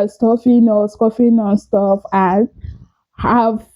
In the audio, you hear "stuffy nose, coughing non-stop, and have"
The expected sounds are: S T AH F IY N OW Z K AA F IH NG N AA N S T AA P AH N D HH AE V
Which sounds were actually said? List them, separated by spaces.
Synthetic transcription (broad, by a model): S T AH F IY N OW S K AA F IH N AA N S T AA F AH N HH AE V